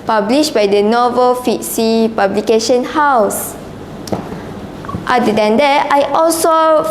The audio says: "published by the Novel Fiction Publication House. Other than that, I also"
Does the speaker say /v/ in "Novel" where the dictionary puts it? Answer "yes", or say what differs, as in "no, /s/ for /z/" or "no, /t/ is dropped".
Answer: yes